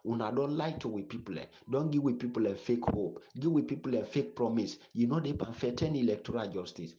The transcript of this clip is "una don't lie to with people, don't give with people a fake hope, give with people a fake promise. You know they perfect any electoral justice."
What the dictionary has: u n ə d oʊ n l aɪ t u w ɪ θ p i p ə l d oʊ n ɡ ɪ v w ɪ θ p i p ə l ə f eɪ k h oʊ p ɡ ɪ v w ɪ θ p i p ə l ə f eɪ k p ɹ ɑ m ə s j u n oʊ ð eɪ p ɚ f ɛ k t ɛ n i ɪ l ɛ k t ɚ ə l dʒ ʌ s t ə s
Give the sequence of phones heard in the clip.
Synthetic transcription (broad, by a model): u n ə d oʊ n l aɪ t u w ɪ p i p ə l d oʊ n ɡ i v w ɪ p i p ə l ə f eɪ k h oʊ p ɡ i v w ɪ p i p ə l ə f eɪ k p ɹ ɑ m ə s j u n oʊ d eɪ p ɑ f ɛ t ɛ n i l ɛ k t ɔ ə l dʒ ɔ s t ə s